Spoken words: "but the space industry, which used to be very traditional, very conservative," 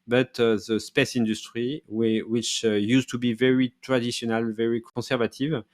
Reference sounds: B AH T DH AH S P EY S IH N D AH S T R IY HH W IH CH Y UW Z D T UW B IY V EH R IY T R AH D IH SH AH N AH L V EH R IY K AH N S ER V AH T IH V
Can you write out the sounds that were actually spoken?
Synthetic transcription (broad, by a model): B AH T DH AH S P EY S IH N D AH S T R IY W W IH CH Y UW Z T UW B IY V EH R IY T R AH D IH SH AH N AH L V EH R IY K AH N S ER V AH T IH V